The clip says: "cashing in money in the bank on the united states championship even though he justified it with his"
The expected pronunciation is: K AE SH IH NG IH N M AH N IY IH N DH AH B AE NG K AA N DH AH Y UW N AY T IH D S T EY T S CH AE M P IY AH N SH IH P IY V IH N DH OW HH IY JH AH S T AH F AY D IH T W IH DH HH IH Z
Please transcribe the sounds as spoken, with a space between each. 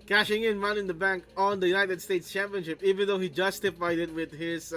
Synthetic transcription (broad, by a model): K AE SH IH NG IH N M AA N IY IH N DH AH B AE NG K AA N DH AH Y UW N AY T IH D S T EY T S CH AE M P IY AH N SH IH P IY V IH N DH OW HH IY JH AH S T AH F AY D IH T W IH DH HH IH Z